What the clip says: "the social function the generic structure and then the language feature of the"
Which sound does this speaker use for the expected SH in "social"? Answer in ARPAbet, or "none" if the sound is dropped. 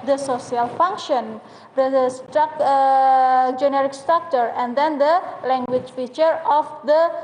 S